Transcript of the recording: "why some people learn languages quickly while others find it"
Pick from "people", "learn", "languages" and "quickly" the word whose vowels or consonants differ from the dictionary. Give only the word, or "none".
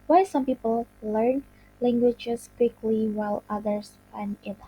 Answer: languages